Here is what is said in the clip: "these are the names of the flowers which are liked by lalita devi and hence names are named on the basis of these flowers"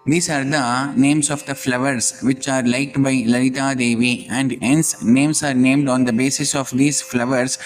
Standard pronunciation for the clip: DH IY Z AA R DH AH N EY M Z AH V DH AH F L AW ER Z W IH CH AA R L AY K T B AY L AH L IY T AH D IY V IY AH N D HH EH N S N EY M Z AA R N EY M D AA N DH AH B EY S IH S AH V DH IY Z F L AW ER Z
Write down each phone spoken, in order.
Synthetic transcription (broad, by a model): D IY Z AA R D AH N EY M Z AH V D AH F L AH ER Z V IH CH AA R L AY T B AY L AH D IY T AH D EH V IY AH N D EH N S N EY M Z AA R N EY M D AA N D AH B EY S IH S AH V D IY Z F L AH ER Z